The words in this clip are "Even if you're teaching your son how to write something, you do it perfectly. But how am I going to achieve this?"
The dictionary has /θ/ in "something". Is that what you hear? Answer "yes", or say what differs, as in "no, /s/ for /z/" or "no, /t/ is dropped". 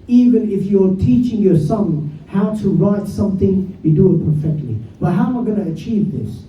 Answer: yes